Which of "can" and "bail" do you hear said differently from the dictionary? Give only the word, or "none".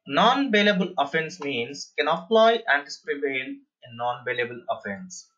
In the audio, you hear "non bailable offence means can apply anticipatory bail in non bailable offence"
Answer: bail